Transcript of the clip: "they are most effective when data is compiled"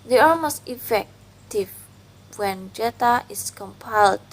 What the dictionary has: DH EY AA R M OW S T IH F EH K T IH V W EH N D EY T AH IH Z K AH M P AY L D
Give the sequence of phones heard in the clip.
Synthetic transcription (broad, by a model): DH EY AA L M OW S T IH F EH K T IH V W EH N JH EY T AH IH S K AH M P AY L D